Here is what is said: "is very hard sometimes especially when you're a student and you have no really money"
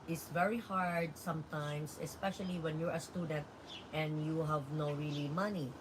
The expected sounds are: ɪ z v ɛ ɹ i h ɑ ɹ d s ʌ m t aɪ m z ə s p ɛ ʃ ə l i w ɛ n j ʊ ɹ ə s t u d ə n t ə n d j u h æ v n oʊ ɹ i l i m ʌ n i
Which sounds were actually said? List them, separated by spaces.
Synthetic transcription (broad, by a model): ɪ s v ɛ ɹ i h ɑ ɹ d s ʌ m t aɪ m s ə s p ɛ ʃ ə l i w ɛ n j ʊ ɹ ə s t u d ə n t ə n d j u h æ v n oʊ ɹ i l i m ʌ n i